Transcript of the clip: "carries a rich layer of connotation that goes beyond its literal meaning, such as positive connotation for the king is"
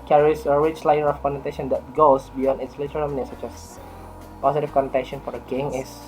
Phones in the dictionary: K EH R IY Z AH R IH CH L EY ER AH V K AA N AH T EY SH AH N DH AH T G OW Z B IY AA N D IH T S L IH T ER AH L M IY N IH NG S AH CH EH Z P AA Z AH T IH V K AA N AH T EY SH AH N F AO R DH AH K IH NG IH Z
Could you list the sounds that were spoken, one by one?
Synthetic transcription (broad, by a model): K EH R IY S AH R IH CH L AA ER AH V K AA N AH T EY SH AH N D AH T G OW S B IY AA N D IH T S L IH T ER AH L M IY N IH S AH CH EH S P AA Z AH T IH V K AA N AH T EY SH AH N F AO R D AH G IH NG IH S